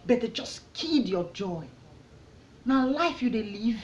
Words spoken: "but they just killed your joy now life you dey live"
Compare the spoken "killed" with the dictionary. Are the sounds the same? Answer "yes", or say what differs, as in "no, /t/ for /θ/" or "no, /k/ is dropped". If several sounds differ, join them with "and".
no, /l/ is dropped